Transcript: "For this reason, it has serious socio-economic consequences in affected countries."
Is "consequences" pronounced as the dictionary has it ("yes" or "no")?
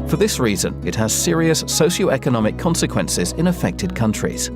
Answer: yes